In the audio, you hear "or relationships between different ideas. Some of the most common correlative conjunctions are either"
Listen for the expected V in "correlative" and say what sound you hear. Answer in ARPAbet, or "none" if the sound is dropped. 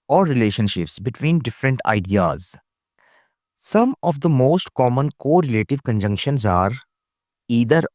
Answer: V